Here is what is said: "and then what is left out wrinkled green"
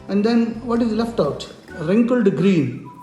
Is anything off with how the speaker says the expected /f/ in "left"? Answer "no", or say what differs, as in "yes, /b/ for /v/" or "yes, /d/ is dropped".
no